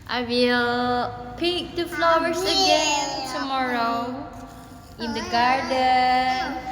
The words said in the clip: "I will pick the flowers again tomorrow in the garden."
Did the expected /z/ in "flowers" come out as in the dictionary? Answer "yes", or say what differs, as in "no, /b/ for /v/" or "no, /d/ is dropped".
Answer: no, /s/ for /z/